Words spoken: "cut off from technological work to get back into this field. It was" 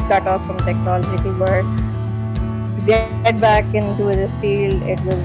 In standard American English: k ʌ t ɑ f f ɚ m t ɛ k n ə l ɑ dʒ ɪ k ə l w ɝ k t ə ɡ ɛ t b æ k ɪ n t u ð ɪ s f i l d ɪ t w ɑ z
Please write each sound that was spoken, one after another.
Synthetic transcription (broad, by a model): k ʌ t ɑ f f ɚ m t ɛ k n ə l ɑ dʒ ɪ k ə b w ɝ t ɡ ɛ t b æ k ɪ n t u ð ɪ s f i l ɪ t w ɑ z